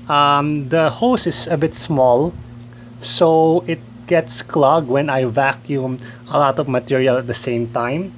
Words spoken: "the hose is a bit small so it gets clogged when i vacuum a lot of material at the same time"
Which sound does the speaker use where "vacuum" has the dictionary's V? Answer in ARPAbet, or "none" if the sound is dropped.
V